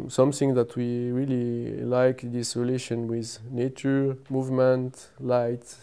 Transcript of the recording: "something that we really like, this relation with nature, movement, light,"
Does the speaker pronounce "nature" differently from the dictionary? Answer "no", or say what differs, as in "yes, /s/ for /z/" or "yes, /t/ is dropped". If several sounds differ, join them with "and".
no